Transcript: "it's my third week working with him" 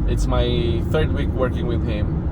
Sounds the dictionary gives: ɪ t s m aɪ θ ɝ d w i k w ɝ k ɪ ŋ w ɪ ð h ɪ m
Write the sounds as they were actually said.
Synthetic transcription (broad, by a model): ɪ t s m aɪ θ ɝ d w i k w ɝ k ɪ ŋ w ɪ ð h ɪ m